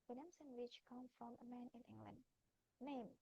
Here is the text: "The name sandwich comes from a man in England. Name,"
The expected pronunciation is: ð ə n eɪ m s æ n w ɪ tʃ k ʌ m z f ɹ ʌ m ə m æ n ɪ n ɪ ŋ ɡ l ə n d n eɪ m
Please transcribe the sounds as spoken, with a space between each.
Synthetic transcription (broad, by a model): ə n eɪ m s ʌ n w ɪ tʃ k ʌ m f ɹ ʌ m ə m æ n ɪ n ɪ ŋ ɡ l ə n d n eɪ m